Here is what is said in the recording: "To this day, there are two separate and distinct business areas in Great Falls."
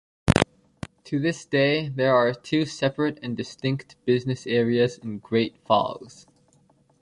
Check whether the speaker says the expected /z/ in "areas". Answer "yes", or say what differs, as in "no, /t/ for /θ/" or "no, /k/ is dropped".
yes